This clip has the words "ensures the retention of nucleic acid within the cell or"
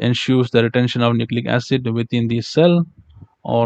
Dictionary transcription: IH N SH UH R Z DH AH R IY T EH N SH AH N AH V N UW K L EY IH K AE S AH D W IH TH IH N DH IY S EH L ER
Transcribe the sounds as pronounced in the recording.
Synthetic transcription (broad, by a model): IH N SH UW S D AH R IY T EH N SH AH N AH V N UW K L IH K AE S AH D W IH T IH N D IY S EH L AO